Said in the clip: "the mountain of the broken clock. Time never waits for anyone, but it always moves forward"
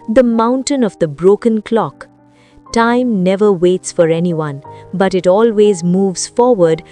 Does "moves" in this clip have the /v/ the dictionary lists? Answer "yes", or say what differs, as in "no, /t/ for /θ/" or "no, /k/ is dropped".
yes